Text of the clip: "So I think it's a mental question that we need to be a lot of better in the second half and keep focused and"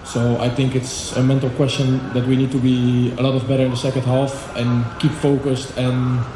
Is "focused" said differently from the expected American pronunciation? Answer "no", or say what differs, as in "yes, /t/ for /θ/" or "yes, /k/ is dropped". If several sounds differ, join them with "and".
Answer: no